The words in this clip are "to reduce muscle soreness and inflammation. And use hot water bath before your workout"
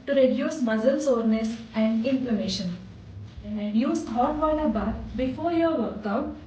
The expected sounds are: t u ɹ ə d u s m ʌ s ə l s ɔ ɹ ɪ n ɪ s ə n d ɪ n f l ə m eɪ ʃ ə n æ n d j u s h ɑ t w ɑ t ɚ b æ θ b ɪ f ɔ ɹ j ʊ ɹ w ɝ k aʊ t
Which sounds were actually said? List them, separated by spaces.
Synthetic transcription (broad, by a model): t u ɹ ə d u s m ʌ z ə l s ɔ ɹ n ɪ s ə n d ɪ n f l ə m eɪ ʃ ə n n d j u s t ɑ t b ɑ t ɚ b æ t b ɪ f ɔ ɹ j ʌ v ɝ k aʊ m